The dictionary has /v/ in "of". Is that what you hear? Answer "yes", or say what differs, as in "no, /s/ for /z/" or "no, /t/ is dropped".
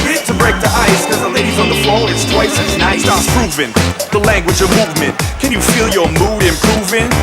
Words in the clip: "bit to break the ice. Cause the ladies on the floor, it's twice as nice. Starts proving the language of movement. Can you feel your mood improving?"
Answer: yes